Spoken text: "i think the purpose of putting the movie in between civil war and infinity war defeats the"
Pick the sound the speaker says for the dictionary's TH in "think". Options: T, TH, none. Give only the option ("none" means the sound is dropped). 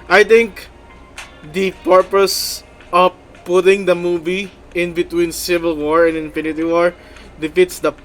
T